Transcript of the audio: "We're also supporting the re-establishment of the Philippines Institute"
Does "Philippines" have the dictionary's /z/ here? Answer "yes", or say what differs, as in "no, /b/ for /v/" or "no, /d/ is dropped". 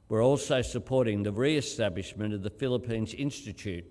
yes